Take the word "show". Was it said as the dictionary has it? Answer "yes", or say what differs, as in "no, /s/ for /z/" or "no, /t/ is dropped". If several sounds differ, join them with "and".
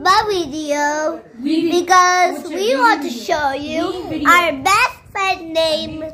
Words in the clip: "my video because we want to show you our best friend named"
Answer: yes